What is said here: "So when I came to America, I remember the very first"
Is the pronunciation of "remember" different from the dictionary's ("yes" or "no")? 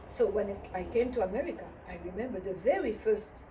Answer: no